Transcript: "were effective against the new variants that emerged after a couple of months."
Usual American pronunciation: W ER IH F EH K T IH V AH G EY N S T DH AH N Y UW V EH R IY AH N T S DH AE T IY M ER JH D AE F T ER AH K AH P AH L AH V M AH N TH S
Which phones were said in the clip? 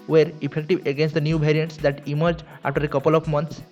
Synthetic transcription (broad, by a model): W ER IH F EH K T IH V AH G EY N S T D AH N Y UW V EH R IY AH N T S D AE T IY M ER JH AA F T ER AH K AH P AH L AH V M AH N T S